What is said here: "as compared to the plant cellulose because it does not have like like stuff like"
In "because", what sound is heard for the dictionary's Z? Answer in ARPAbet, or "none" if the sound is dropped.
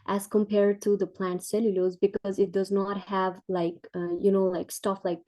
Z